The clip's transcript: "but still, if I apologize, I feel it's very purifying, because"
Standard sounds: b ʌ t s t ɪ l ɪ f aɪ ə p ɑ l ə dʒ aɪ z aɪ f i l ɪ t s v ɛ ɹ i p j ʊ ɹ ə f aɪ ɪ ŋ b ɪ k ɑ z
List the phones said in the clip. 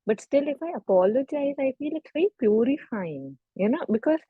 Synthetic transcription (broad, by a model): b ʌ t s t ɪ l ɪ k aɪ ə p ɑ l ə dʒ aɪ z aɪ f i l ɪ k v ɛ i p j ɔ ɹ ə f aɪ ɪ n b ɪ k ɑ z